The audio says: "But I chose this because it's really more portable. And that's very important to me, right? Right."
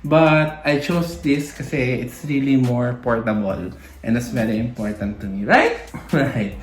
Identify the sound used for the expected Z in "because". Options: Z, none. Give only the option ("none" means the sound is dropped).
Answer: none